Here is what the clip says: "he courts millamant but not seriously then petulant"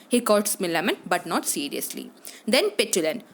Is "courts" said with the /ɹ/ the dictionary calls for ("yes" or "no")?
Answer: no